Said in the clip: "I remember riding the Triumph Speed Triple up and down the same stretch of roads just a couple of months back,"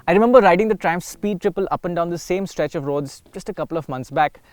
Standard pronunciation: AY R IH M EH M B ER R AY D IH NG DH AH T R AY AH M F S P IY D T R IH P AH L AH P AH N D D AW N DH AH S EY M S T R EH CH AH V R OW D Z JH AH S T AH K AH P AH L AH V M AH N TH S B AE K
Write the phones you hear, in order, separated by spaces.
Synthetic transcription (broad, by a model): AY R IH M EH M B ER R AY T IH NG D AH T R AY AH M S S P IY D T R IH P AH L AH P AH N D D AW N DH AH S EY M S T R EH CH AH V R OW D Z JH AH S T AH K AH P AH L AH V M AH N T S B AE K